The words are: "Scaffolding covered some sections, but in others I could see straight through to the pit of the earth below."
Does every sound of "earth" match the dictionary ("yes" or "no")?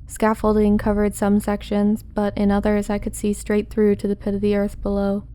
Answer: yes